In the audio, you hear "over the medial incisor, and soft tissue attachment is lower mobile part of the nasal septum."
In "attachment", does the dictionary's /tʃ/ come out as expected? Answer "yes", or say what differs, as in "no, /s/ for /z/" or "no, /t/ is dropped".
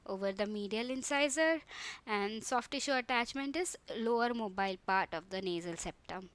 yes